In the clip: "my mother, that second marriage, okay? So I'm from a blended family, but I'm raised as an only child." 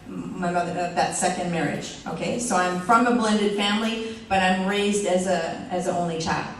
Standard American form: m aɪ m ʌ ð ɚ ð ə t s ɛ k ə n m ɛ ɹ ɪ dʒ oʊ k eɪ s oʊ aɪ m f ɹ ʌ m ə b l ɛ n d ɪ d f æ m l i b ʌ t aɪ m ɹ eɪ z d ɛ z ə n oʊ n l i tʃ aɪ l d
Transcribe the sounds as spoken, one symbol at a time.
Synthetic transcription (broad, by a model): m aɪ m ʌ ð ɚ ð ə t s ɛ k ə n m ɛ ɹ ɪ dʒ oʊ k eɪ s oʊ aɪ m f ɹ ʌ m ə b l ɛ n d ɪ d f æ m l i b ʌ t aɪ m ɹ eɪ z d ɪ z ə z oʊ n l i tʃ aɪ l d